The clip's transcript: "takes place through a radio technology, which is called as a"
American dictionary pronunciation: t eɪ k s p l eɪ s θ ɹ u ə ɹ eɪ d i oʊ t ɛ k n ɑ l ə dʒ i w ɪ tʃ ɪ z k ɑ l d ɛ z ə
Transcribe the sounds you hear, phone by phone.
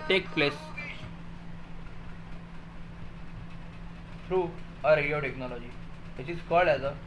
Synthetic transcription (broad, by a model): t eɪ k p l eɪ s f ɹ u ə ɹ eɪ d i oʊ t ɛ k n ɑ l ə dʒ i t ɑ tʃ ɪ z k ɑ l ɛ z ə